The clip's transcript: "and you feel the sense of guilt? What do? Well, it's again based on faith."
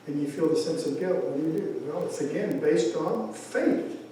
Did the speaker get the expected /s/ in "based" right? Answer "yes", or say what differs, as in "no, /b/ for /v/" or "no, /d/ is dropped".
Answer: yes